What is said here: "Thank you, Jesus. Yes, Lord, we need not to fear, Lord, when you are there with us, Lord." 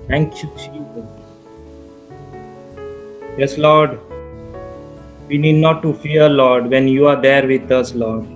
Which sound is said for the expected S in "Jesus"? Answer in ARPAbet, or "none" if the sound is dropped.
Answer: none